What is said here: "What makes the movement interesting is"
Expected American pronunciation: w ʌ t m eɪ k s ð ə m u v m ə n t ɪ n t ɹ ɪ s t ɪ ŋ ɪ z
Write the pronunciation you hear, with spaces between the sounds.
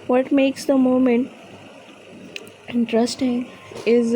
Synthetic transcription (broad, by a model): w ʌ t m eɪ k s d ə m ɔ m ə n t ɪ n t ɹ ɪ s t ɪ ŋ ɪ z